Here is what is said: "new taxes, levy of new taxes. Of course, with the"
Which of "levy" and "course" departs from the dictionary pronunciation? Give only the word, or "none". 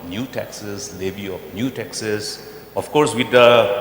levy